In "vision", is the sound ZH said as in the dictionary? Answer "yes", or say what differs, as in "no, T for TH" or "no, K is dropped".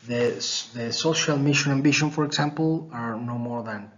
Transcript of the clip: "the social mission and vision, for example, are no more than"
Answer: no, SH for ZH